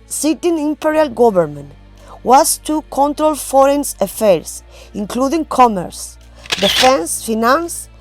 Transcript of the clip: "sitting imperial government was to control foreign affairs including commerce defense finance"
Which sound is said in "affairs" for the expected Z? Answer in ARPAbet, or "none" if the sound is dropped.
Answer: S